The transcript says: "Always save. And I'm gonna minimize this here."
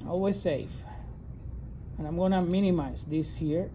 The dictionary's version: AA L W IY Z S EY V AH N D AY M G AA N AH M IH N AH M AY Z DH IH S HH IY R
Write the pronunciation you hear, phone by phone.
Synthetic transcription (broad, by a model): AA L W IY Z S EY F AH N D AY M G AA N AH M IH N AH M AY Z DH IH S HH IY R